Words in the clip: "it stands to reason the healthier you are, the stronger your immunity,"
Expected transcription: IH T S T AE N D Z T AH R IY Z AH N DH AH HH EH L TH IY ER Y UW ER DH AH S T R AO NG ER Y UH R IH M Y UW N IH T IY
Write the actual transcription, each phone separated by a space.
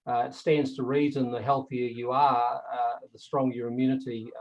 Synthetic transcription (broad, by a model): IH T S T AE N D Z T AH R IY Z AH N DH AH HH EH L TH IY ER Y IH ER DH AH S T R AO NG Y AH R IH M Y UW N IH T IY